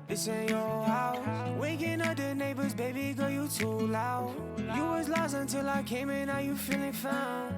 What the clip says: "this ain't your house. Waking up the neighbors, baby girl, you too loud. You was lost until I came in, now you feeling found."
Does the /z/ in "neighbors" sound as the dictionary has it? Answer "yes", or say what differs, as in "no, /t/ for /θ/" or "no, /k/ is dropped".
yes